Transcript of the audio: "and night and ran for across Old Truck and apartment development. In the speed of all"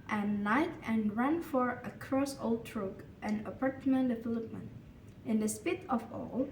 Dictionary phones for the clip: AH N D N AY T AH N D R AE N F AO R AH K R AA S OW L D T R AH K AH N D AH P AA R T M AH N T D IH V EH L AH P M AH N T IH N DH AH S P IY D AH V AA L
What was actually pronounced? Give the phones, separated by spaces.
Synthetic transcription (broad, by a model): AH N N AY T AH N R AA N F AO R AH K R AA S OW L D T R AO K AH N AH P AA R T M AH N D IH F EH L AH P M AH N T IH N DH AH S P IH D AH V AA L